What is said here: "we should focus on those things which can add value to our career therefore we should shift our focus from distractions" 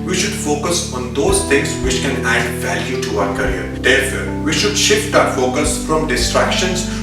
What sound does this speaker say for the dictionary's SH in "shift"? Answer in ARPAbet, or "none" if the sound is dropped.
SH